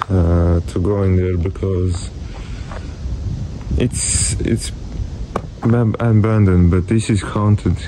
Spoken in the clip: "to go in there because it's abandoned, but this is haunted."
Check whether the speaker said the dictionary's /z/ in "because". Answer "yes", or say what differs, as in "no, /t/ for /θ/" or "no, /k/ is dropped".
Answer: yes